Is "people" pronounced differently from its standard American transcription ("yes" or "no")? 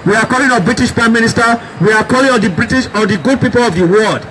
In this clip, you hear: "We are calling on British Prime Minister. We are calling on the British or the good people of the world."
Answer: no